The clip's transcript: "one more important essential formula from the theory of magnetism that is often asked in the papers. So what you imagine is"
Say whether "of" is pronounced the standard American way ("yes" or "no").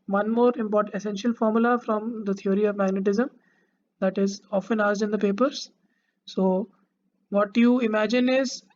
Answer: yes